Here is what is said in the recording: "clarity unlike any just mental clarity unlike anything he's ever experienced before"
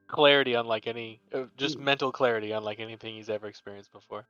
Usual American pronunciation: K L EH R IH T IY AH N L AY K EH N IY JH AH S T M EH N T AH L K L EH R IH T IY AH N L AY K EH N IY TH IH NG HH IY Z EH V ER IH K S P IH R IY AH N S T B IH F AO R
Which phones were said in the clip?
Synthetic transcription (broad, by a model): K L EH R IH T IY AH N L AY K EH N IY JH AH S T M EH N T L K L EH R IH T IY AH N L AY K EH N IY TH IH NG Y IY Z EH V ER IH K S P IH R IY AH N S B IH F AO R